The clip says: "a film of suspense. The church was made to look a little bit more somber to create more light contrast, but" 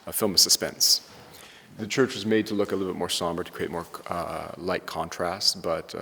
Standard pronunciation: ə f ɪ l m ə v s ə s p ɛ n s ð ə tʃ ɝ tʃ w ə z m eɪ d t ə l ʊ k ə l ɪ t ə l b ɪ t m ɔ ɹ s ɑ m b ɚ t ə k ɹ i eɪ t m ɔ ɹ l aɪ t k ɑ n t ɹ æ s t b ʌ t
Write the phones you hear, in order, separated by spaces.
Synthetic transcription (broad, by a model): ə f ɪ l m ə s ə s p ɛ n s ð ə tʃ ɝ tʃ w ə z m eɪ d t ə l ʊ k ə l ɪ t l b ɪ t m ɔ ɹ s ɑ m b ɚ t ə k ɹ i eɪ t m ɔ ɹ l aɪ t k ɑ n t ɹ æ s t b ʌ t